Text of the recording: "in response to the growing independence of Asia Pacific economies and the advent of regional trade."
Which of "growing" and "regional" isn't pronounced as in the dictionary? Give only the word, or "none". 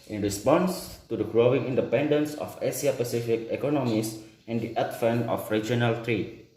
none